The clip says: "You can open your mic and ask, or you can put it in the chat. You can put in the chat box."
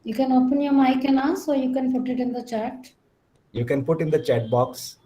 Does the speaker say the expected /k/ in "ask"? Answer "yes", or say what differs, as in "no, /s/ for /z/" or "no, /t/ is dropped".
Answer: no, /k/ is dropped